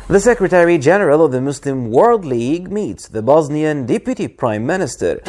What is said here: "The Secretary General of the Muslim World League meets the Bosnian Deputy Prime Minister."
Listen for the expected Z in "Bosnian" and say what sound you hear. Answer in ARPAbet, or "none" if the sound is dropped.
Z